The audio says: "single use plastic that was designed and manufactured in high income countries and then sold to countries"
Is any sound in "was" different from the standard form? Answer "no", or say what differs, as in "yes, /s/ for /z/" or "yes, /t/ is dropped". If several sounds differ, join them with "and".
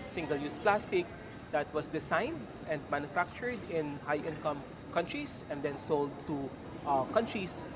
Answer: yes, /s/ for /z/